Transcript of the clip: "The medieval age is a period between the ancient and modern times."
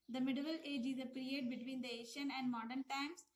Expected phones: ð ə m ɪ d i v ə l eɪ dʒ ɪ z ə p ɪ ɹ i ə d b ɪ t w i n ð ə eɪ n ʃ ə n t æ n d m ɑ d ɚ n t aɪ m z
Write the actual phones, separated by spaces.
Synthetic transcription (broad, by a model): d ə m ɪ d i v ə l eɪ dʒ ɪ z ə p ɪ ɹ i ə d b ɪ t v i n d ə eɪ ʃ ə n æ n d m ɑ d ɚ n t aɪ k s